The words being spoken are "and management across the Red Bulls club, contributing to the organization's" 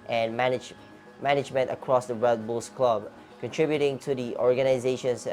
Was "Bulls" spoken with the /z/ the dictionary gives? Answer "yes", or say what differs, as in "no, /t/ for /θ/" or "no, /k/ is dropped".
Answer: no, /s/ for /z/